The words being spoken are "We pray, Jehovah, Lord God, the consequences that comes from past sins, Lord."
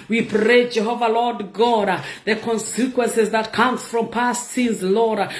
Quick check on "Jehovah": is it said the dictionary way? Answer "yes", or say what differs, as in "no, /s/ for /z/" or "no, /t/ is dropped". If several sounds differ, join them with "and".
yes